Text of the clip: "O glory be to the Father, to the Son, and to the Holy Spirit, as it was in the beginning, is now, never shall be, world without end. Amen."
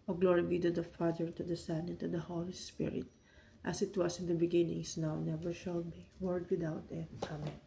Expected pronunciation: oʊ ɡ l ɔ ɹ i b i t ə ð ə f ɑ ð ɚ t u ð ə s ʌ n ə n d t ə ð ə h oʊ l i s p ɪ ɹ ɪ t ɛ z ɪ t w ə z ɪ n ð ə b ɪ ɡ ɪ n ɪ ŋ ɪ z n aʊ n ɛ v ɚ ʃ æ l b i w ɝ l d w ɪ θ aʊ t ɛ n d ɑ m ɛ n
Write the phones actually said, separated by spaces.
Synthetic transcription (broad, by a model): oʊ ɡ l ɔ ɹ i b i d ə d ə f ɑ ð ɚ t u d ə s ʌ n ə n t ə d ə h oʊ l i s p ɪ ɹ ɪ t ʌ s ɪ t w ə s ɪ n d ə b ɪ ɡ ɪ n ɪ ŋ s n aʊ n ɛ v ɚ ʃ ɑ l b i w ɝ d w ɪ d aʊ t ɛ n ɑ m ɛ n